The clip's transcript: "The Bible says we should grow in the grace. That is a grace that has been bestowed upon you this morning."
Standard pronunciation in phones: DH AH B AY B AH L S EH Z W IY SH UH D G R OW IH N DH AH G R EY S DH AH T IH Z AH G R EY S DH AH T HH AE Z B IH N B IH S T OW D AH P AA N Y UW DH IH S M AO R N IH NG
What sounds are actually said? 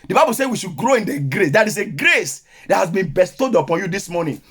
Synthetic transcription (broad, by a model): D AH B AY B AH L S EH W IY SH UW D G R OW IH N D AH G R EY S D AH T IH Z AH G R EY S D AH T HH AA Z B IH N B IH S T OW D AH P AA N Y UW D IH S M AO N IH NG